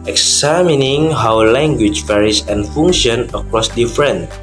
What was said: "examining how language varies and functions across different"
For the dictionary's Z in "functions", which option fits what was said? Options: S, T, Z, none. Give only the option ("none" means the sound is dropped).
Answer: none